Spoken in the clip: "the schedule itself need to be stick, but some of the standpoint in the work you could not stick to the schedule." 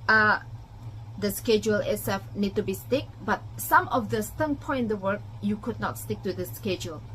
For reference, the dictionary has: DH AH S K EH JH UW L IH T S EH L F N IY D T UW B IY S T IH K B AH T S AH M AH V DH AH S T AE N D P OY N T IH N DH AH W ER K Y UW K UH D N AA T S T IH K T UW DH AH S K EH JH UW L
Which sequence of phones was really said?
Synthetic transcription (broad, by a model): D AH S K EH JH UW L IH S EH F N IY D T UW B IY S T IH K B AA T S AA M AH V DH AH S T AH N P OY IH N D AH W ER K Y UW K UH D N AA T S T IH K T UW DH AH S K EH JH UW L